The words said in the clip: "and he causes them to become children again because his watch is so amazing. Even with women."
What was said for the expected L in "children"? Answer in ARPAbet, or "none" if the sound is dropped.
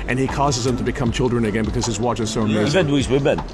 L